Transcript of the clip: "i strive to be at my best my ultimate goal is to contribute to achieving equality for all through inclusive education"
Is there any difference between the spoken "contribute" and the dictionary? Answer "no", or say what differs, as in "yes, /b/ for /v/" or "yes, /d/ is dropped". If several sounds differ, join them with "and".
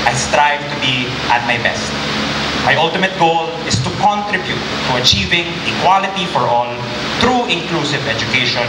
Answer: no